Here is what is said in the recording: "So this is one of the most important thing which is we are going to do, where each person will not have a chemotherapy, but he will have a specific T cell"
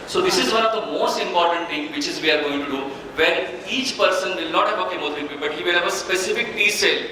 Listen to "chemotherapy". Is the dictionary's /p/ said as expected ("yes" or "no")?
no